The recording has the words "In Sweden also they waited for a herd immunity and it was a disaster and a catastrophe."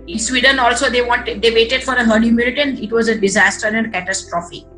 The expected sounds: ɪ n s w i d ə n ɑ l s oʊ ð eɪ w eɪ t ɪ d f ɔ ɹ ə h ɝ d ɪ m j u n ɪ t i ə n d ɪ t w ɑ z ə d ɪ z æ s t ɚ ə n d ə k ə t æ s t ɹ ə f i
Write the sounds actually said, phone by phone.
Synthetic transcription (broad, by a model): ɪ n s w i d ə n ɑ l s oʊ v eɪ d eɪ t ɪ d f ɔ ɹ ə h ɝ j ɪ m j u l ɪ t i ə n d ɪ t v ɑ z ə d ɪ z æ s t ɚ ə n d k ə t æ s t ɹ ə f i